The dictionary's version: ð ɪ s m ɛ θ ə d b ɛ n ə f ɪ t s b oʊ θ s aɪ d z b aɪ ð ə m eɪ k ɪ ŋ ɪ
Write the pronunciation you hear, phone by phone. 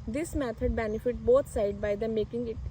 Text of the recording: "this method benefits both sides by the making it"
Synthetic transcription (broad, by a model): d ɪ s m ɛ t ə d b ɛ n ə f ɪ t b oʊ t s aɪ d b aɪ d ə m eɪ k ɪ ŋ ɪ